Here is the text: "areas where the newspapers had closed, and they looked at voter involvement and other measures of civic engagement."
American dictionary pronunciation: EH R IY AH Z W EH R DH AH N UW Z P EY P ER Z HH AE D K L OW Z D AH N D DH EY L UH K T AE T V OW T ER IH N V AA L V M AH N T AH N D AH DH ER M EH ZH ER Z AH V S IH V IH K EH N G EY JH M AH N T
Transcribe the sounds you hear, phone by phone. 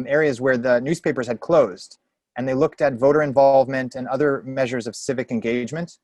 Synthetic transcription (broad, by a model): EH R IY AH Z W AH R DH AH N UW Z P EY P ER Z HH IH D K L OW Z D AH N DH EY L UH K T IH T V OW T ER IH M V AA L V M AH N T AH N AH DH ER M EH ZH ER Z AH V S IH V IH K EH N G EY JH M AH N T